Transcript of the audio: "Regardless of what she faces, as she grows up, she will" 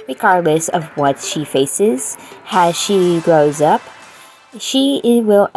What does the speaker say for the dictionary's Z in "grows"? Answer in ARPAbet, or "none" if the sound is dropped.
Z